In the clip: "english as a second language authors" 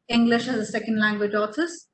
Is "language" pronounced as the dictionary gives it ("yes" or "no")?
yes